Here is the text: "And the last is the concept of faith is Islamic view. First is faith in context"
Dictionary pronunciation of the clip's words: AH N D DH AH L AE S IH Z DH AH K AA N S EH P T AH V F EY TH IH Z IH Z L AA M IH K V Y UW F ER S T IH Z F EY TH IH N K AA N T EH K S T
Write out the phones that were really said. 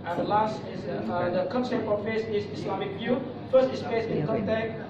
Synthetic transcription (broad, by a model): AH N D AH L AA S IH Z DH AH K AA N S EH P AH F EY S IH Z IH S L AA M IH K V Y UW F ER S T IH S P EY S IH N K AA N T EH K